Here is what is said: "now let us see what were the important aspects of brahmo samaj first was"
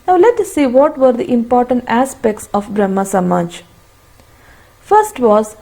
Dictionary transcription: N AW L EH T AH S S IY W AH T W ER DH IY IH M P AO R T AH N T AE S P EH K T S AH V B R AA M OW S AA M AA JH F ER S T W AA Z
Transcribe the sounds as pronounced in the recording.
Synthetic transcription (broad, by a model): N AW L EH T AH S S IY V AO T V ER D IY IH M P AO R T AH N T AE S P EH K T S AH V B R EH M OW S AA M AA JH F ER S T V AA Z